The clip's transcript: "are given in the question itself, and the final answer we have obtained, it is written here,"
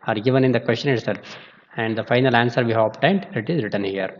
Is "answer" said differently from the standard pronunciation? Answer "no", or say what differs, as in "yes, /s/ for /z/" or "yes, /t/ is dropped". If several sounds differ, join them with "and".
no